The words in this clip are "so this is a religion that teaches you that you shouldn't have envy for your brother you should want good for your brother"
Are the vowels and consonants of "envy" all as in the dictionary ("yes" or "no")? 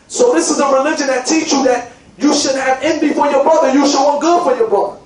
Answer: no